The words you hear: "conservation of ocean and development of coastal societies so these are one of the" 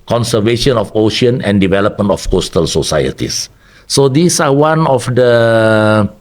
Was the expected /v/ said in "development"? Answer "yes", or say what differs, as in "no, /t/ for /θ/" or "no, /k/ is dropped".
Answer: yes